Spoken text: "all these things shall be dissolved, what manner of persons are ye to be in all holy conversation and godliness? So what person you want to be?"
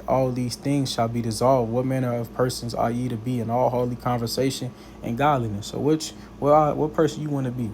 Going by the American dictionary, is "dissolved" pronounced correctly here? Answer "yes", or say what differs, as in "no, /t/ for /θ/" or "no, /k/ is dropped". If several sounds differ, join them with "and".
yes